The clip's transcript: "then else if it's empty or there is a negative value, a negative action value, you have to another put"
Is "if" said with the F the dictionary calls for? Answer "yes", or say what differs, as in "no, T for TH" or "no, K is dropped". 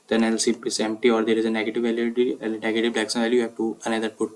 no, P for F